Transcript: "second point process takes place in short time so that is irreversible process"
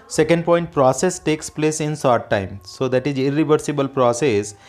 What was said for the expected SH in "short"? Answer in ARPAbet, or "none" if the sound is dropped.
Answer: S